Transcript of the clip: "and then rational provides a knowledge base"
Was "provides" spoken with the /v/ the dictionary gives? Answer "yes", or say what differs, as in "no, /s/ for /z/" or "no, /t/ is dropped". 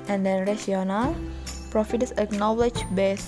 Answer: no, /f/ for /v/